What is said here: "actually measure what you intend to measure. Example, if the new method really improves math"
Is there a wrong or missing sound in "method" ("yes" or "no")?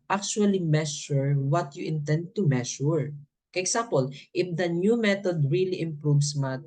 yes